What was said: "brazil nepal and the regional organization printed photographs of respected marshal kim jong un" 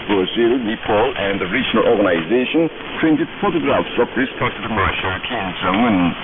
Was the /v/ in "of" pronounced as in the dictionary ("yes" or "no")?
no